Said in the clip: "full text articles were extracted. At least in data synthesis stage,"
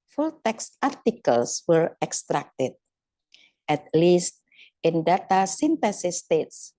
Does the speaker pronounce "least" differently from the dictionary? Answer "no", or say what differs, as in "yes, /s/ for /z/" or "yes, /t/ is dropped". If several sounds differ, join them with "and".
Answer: no